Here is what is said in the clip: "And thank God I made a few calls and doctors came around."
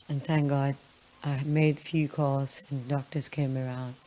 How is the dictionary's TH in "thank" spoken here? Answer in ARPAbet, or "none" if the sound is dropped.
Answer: TH